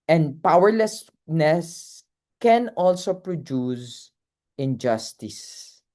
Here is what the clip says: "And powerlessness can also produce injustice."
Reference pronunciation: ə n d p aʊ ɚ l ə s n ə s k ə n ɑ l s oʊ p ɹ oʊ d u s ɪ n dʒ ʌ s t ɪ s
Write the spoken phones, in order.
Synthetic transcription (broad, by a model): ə n d p aʊ ɚ l ə s n ə s k ə n ɑ l s oʊ p ɹ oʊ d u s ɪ n dʒ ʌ s t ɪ s